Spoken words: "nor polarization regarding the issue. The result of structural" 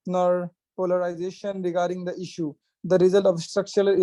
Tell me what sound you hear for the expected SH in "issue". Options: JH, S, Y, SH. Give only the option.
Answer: SH